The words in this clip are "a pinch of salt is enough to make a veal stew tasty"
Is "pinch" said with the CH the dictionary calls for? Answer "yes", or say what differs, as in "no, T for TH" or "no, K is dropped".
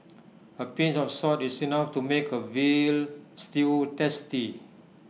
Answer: no, S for CH